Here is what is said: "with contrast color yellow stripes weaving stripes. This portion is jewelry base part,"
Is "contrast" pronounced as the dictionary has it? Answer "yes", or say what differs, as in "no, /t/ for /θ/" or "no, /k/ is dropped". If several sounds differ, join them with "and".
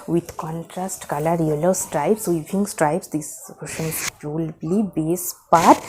yes